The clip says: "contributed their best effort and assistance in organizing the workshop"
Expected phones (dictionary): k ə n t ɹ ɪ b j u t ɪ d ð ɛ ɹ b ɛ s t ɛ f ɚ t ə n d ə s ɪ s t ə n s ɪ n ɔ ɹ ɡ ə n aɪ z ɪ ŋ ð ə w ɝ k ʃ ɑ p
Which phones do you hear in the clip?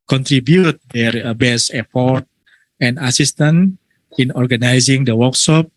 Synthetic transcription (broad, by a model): k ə n t ɹ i b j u t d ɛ ɹ b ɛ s ɛ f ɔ t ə n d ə s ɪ s t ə n ɪ n ɔ ɹ ɡ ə n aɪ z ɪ ŋ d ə w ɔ k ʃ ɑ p